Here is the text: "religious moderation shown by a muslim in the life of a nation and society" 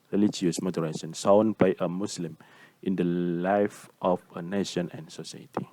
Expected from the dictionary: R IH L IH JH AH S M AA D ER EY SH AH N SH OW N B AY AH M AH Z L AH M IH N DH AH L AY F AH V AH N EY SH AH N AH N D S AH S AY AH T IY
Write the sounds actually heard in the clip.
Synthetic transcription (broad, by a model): R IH L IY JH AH S M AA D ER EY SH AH N S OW N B AY AH M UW S L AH M IH N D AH L AY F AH F AH N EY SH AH N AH N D S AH S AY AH T IY